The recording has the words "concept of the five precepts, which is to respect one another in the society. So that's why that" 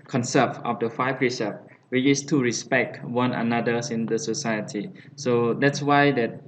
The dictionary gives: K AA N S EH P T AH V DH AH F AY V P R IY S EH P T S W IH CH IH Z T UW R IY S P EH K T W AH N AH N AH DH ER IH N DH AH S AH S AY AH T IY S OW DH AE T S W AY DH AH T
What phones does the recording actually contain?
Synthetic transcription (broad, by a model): K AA N S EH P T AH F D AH F AY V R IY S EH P W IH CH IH S T UW R IY S P EH K T W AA N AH N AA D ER IH N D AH S AH S AY AH T IY S OW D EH T S W AY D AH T